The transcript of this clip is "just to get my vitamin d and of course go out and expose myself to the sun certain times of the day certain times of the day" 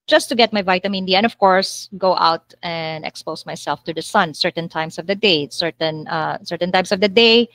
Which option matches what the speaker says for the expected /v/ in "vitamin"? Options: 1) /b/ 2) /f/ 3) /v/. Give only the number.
3